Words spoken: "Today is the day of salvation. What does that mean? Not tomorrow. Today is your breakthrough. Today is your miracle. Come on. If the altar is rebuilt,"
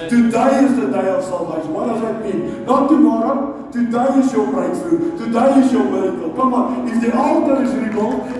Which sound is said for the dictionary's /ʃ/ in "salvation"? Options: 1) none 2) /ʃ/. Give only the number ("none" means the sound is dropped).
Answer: 1